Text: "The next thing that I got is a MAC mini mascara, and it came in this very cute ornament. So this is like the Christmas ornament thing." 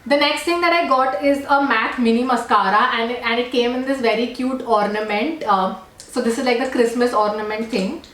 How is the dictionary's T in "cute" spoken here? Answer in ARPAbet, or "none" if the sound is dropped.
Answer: T